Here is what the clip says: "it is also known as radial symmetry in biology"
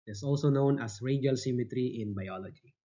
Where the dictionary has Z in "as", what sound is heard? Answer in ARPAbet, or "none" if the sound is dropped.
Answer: S